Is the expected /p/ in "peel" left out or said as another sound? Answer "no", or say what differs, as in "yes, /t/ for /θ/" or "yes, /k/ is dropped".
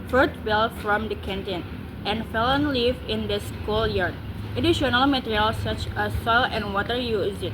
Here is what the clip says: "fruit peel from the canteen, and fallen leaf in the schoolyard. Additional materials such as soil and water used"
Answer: yes, /b/ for /p/